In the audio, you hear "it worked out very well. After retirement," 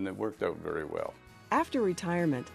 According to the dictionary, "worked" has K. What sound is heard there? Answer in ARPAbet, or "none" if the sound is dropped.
K